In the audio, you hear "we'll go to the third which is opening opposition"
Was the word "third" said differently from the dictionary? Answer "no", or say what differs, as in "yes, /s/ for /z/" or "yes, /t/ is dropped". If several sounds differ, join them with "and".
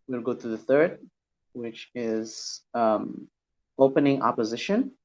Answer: no